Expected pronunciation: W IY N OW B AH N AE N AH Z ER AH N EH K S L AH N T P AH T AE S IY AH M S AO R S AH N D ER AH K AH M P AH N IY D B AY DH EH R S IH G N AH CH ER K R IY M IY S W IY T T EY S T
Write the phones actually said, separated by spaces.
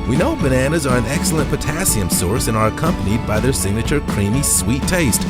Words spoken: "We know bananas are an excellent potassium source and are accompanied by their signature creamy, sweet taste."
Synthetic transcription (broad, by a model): W IY N OW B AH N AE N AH Z ER AH N EH K S L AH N P AH T AE S IY AH M S AO R S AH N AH ER AH K AH M P AH N IY D B AY DH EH R S IH G N AH CH ER K R IY M IY S W IY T T EY S T